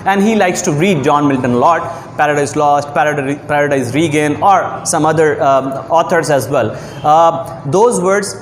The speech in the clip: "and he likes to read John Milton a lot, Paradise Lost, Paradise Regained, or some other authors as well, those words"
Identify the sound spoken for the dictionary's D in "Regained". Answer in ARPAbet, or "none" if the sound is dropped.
none